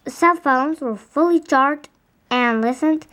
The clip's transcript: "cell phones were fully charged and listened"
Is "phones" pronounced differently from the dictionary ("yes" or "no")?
no